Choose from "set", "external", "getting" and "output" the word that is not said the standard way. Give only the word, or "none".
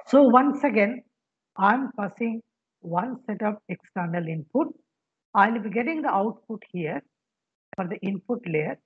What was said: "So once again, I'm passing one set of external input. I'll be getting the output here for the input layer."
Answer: none